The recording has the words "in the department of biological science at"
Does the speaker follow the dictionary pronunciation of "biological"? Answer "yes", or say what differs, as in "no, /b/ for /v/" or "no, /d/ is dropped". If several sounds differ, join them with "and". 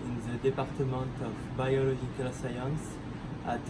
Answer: no, /ʒ/ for /dʒ/